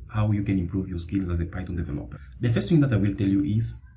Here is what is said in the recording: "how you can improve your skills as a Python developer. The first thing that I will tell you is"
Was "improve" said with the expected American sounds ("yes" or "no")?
yes